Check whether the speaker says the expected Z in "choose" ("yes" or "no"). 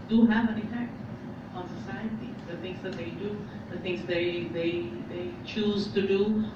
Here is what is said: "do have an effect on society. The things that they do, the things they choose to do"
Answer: yes